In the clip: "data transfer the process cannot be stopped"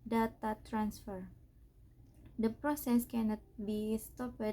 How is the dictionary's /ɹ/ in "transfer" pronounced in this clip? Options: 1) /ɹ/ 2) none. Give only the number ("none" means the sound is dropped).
1